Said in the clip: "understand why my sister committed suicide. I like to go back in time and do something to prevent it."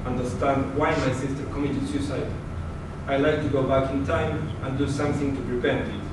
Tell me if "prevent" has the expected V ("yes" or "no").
no